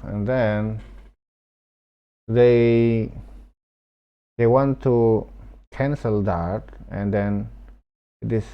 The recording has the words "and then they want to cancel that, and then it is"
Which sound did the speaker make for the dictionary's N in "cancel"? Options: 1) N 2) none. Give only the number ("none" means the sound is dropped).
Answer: 1